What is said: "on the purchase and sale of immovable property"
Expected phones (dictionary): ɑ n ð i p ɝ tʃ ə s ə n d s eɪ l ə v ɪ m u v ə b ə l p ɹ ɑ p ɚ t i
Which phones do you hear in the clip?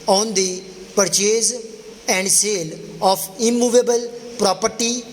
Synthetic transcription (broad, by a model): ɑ n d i p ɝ tʃ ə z ə n d s eɪ l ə p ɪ m u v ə b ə l p ɹ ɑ p ɚ t i